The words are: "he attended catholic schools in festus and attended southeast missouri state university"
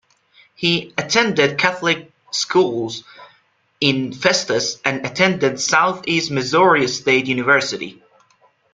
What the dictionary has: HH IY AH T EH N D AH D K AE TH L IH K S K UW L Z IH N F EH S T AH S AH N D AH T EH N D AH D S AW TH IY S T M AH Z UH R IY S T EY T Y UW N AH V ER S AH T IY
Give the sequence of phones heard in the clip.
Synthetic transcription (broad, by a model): HH IY AH T EH N D AH D K AE TH L IH K S K UW L Z IH N F EH S T AH S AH N AH T EH N D AH D S AW TH IY S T M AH Z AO R IY S T EY T Y UW N AH V ER S AH T IY